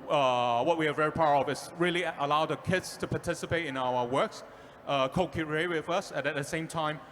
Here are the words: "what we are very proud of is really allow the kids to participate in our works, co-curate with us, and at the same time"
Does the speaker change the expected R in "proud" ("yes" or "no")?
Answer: yes